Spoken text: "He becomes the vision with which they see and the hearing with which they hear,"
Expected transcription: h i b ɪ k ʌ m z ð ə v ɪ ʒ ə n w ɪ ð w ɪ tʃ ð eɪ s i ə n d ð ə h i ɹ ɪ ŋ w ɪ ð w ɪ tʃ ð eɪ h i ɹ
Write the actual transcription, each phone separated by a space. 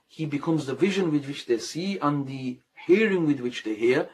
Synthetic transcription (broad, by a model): h i b ɪ k ʌ m z ð ə v ɪ ʒ ə n w ɪ ð w ɪ tʃ ð eɪ s i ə n ð ə h i ɹ ɪ ŋ w ɪ ð w ɪ tʃ ð eɪ h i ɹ